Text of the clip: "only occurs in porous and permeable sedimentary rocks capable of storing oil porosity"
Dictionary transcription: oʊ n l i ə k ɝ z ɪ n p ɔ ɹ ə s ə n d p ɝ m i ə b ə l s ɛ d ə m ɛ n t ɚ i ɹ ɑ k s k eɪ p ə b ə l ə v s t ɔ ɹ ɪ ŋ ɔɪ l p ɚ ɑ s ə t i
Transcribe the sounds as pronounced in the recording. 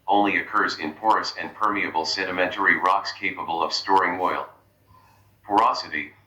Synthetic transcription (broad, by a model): oʊ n l i ə k ɝ z ɪ n p ɔ ɹ ə s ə n p ɝ m i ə b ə l s ɛ d ə m ɛ n t ɚ i ɹ ɑ k s k eɪ p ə b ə l ə v s t ɔ ɹ ɪ ŋ ɔɪ l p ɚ ɑ s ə t i